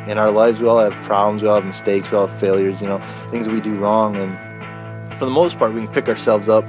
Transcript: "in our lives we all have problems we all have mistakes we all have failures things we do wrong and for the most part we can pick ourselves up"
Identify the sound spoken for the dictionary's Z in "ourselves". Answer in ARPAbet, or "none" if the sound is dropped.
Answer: Z